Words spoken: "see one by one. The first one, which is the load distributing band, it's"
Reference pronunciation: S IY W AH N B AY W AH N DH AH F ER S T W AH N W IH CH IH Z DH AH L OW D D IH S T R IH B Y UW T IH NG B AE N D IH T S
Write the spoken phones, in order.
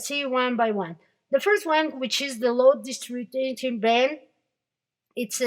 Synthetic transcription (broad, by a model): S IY W AH N B AY W AH N DH AH F ER S T W AH N W IH CH IH Z DH AH L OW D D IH S T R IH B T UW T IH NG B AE N IH T S